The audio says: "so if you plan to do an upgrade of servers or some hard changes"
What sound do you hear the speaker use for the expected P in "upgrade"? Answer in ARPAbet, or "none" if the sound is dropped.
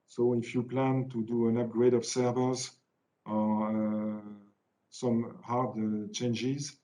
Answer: P